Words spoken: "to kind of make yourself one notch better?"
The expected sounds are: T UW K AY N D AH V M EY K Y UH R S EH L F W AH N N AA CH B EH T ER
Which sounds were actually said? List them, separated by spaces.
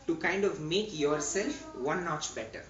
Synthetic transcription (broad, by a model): T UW K AY N D AH V M EY K Y UH R S EH L F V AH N N AA CH B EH T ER